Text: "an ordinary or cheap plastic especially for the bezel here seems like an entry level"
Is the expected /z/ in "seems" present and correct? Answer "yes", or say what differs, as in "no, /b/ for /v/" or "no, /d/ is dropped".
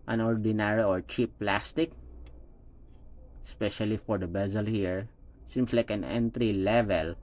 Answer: no, /s/ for /z/